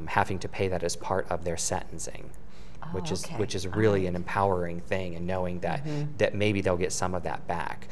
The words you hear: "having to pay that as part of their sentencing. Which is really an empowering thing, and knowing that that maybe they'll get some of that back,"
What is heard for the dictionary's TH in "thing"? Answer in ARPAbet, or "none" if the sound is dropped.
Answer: TH